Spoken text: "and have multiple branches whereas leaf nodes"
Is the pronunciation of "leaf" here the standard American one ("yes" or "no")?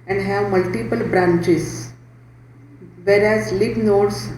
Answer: no